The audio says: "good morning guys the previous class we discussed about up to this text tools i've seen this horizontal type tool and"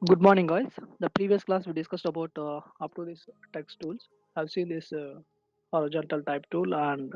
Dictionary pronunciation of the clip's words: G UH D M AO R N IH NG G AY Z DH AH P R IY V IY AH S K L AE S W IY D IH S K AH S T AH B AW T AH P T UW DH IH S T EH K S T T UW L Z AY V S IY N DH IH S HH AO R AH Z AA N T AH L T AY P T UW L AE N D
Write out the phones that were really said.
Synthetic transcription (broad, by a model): G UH D M AO R N IH NG G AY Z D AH P R IY V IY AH S K L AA S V IY D IH S K AH S T AH B AW T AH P T UW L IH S T EH K S T T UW L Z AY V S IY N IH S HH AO R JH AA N T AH L T AY P T UW L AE N D